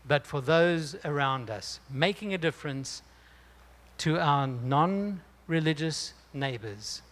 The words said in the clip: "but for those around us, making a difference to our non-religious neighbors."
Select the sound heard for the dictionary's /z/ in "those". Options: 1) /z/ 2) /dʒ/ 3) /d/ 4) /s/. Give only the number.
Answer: 1